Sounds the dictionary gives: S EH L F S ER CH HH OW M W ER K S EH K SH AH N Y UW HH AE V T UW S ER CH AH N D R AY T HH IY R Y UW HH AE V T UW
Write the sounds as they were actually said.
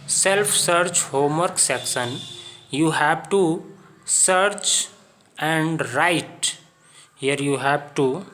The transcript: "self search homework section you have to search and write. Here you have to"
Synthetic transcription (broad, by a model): S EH L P S ER CH HH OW M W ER K S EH K S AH N Y UW HH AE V T UW S ER CH AH N D R AY T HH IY R Y UW HH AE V T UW